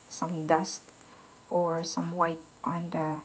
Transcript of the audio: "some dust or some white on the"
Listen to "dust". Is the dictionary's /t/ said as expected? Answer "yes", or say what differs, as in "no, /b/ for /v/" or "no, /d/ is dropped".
yes